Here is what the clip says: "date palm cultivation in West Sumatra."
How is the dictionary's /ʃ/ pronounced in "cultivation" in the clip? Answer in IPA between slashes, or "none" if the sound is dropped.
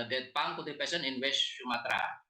/s/